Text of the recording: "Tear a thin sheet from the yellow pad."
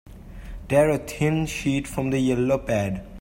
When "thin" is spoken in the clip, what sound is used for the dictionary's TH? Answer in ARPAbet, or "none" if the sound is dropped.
T